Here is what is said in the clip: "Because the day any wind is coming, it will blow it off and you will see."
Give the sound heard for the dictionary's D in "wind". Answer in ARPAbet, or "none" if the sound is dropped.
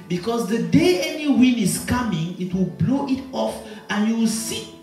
none